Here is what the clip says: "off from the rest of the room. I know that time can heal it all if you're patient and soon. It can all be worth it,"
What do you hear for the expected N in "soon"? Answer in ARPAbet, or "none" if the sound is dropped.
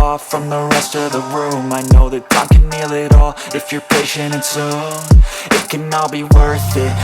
none